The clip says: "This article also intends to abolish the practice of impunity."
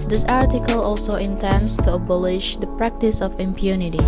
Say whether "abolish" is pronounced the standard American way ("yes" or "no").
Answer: yes